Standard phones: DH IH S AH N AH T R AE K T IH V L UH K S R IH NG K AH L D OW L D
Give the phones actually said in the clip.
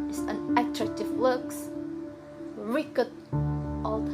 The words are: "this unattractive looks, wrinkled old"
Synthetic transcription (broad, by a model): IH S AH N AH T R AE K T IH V L UH K S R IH K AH D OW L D